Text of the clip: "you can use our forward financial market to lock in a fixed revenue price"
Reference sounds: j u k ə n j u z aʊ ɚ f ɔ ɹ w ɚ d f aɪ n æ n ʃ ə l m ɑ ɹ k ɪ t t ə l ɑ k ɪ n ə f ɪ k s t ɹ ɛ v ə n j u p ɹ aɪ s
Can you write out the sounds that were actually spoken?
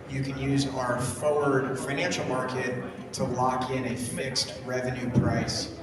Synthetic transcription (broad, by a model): j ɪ k ə n j u z aʊ ɚ f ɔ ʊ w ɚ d f aɪ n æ n ʃ l m ɑ ɹ k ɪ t t ə l ɑ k ɪ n ə f ɪ k s t ɹ ɛ v ə n j u p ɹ aɪ s